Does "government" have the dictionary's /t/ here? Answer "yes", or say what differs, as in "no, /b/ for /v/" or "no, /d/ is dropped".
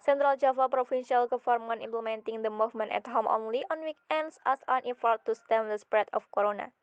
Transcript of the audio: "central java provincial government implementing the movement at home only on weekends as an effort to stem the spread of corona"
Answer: no, /t/ is dropped